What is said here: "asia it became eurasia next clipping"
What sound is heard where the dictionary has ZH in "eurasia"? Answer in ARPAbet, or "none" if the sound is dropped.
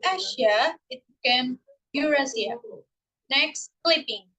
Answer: S